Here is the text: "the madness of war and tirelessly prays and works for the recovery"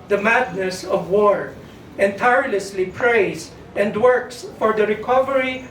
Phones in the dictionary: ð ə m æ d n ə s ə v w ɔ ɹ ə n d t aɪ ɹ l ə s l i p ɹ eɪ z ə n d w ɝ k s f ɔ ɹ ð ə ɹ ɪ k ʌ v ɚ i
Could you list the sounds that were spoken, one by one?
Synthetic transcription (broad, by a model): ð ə m æ d n ə s ə v w ɔ ɹ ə n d t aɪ ɹ l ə s l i p ɹ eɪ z ə n d w ɝ k s f ɔ ɹ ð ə ɹ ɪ k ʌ v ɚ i